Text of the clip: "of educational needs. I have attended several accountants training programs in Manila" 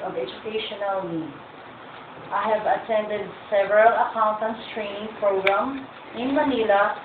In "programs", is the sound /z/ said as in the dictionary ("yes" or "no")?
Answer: no